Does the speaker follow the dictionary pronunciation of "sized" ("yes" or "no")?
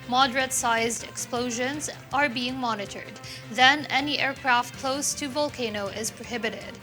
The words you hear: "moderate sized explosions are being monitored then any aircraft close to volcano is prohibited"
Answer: yes